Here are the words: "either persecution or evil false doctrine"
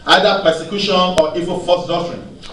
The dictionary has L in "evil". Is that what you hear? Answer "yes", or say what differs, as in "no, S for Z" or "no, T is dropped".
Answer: no, N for L